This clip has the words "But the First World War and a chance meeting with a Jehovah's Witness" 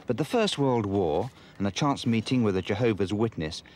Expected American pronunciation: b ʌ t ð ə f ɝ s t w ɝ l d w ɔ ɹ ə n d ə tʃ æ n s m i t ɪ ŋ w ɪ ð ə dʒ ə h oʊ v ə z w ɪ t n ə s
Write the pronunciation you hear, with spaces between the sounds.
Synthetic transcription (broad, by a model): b ʌ t ð ə f ɝ s t w ɝ l d w ɔ ɹ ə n ə tʃ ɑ n s m i t ɪ ŋ w ɪ ð ə dʒ ə h oʊ v ə z w ɪ t n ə s